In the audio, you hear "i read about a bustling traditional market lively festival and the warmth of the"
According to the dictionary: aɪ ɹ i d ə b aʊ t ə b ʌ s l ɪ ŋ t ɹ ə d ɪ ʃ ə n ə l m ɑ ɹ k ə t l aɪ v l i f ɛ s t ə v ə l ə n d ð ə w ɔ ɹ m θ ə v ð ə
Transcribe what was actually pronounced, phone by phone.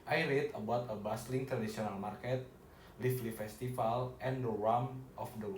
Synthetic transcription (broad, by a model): aɪ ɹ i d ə b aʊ t ə b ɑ s l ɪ ŋ t ɹ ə d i s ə n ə l m ɑ ɹ k ə t l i f l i f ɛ s t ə f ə l ə n d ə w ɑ m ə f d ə